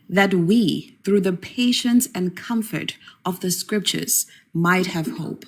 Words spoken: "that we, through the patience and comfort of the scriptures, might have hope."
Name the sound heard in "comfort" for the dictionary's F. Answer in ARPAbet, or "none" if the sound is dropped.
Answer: F